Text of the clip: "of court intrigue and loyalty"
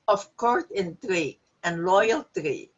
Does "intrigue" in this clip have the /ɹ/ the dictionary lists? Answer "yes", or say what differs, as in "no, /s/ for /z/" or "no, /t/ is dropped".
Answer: yes